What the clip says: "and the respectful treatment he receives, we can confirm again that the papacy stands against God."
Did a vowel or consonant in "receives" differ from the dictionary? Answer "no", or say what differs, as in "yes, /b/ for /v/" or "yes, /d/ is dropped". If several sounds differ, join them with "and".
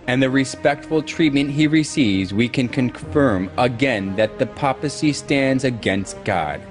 no